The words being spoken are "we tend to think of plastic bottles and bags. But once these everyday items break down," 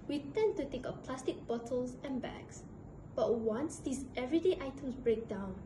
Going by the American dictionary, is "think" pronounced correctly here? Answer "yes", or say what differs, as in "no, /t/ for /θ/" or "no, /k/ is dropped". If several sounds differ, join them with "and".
no, /t/ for /θ/ and /ŋ/ is dropped